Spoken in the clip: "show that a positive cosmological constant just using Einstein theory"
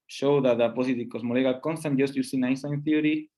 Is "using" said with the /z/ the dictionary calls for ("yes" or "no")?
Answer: no